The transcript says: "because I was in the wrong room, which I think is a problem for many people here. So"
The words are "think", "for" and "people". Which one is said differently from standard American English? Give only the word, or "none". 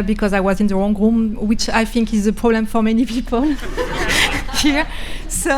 none